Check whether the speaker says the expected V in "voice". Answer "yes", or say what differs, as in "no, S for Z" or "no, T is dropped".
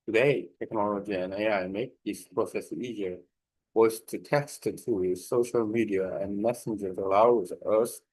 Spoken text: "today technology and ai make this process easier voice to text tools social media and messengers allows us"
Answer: no, W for V